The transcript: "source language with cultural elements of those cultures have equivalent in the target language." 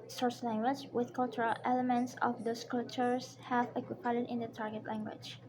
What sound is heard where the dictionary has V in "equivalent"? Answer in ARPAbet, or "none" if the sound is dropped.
P